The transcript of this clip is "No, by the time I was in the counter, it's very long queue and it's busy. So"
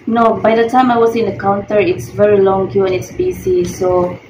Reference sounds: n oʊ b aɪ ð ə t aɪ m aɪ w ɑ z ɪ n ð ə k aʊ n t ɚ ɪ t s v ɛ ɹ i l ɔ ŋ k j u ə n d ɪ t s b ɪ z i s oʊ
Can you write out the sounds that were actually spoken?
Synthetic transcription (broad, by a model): n oʊ b aɪ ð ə t aɪ m aɪ w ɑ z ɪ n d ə k aʊ n t ɚ ɪ t s v ɛ ɹ i l ɔ ŋ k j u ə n ɪ t s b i s i s oʊ